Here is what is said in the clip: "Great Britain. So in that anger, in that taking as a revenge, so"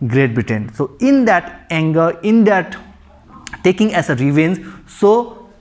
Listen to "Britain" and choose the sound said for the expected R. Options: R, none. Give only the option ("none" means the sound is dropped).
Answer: none